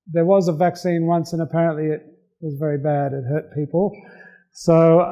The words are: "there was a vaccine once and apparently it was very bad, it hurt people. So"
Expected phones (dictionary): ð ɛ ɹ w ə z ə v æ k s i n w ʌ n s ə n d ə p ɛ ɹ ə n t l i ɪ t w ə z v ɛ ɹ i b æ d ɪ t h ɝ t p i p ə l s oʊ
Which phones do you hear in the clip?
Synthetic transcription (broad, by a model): ð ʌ ɹ w ə z ə v æ k s i n w ʌ n s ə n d ə p ɛ ɹ ə n t l i ɪ t w ə z v ɛ ɹ i b æ d ɪ t h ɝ t p i p l s oʊ